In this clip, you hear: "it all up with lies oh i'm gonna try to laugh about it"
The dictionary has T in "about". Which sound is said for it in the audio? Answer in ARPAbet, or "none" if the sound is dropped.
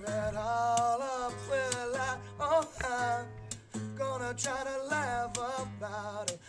T